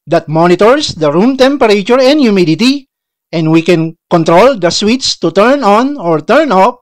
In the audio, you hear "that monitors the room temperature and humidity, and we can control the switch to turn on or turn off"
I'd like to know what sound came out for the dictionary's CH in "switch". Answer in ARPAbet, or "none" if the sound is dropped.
S